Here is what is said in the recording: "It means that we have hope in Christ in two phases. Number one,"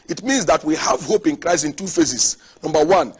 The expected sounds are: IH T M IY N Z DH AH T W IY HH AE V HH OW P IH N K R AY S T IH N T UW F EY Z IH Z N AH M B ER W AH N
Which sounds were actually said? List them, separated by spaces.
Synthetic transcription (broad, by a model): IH T M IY N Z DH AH T W IY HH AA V HH OW P IH N K R AY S IH N T UW F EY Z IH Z N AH M B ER W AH N